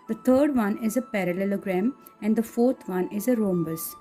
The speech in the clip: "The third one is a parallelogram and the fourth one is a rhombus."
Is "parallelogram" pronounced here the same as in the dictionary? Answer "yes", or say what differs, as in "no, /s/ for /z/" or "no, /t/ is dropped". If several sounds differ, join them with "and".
yes